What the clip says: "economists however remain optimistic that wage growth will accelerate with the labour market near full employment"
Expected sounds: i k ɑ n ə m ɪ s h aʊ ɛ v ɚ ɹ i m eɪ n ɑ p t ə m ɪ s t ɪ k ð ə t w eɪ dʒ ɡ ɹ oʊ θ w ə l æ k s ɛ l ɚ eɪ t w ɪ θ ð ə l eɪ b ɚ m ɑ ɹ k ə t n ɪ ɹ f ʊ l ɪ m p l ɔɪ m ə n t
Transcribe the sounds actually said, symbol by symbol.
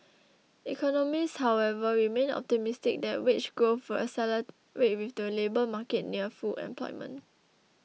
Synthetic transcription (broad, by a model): i k ɑ n ə m ɪ s h aʊ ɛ v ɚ ɹ i m eɪ n ɑ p t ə m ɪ s t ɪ k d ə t w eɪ tʃ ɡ oʊ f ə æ s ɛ l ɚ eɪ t w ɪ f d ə l eɪ b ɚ m ɑ k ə t n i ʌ f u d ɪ m p l ɔɪ m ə n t